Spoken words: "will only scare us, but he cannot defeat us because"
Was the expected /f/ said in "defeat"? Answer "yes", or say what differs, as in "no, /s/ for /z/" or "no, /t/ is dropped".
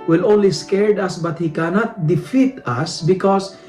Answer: yes